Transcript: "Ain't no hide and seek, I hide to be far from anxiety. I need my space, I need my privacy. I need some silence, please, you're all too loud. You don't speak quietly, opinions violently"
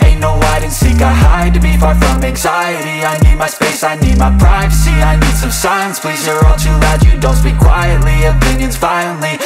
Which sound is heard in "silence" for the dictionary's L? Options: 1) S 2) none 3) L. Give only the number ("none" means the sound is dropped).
2